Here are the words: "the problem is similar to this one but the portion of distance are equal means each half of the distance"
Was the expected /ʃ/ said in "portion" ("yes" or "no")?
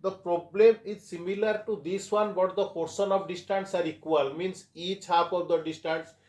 no